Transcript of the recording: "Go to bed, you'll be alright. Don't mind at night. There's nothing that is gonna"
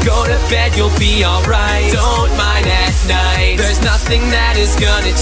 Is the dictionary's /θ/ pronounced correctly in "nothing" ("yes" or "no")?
yes